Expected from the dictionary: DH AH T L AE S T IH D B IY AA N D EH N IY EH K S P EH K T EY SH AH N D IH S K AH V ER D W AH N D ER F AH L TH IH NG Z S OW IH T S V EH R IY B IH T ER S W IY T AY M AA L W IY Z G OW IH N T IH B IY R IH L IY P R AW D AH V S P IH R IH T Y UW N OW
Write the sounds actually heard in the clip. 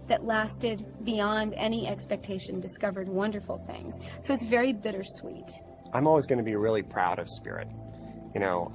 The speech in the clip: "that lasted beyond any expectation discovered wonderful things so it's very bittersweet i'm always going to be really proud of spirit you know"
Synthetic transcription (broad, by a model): DH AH T L AE S T IH D B IY AA N D EH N IY EH K S P EH K T EY SH AH N D IH S K AH V ER D W AH N D ER F L TH IH NG Z S OW IH T S V EH R IY B IH T ER S W IY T AY M AA L W IY Z G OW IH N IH B IY R IH L IY P R AW D AH V S P IH R IH T Y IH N OW